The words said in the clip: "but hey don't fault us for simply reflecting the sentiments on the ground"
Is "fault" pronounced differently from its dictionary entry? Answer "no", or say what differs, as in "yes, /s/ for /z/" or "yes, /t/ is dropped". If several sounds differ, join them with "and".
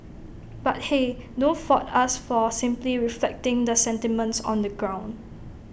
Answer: yes, /l/ is dropped